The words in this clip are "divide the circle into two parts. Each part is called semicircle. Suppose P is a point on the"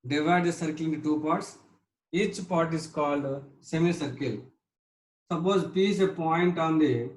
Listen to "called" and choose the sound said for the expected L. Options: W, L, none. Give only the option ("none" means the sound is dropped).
L